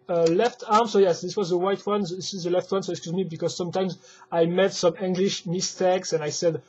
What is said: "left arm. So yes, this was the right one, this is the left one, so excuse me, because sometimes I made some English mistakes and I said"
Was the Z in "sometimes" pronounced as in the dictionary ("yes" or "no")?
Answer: yes